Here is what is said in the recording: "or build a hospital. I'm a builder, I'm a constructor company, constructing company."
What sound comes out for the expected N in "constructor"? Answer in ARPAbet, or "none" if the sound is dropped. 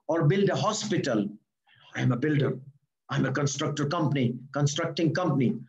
N